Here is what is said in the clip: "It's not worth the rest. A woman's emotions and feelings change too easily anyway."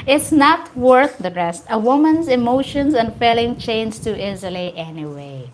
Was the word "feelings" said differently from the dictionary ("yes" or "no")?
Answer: yes